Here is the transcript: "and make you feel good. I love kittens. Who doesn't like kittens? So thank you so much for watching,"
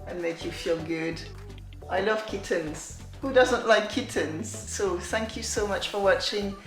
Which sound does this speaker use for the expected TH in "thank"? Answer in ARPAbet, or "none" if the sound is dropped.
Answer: TH